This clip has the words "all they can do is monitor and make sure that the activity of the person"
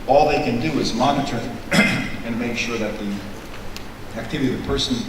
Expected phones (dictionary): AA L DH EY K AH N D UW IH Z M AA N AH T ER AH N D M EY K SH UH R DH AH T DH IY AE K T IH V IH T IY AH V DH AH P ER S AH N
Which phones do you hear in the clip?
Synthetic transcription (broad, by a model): AA L DH EY K AH N D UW IH Z M AA N AH T ER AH N M EY K SH UH R DH AH T DH IY AE K T IH V IH T IY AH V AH P ER S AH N